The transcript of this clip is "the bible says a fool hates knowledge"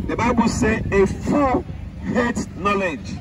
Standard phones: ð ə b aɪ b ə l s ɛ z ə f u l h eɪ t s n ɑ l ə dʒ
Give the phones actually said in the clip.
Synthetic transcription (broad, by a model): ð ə b aɪ b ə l s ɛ ə f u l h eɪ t n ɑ l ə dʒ